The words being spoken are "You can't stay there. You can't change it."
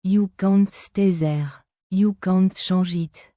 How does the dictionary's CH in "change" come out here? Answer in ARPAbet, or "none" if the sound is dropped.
SH